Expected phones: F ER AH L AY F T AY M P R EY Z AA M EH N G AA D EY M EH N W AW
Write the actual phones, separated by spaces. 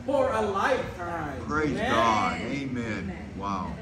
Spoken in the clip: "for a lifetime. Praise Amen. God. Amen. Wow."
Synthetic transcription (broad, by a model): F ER AH L AY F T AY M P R EY AA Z G AA D EY M EH N W AW